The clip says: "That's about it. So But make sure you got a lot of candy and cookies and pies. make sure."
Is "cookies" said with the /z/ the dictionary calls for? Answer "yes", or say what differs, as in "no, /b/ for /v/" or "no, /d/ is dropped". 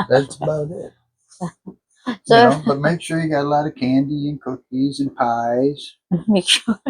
yes